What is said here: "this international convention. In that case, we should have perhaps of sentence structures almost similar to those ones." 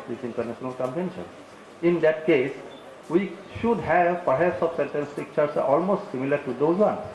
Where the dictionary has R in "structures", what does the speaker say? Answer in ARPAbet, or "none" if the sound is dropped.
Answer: none